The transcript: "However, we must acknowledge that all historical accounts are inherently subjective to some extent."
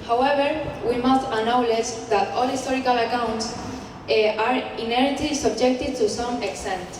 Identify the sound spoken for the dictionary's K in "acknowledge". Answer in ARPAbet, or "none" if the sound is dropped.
none